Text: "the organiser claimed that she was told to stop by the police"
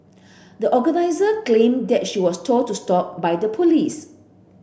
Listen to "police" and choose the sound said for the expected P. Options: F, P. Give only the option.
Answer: P